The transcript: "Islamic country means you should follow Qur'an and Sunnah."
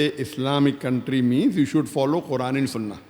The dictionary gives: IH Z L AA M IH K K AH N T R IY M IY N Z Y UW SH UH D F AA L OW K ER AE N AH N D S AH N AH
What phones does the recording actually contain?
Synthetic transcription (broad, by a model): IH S L AA M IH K K AH N T R IY M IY N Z Y UW SH UH D F AA L OW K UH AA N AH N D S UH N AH